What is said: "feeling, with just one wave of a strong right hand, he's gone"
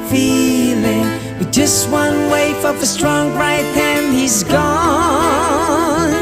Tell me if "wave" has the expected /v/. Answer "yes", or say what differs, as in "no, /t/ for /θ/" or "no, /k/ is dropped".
no, /f/ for /v/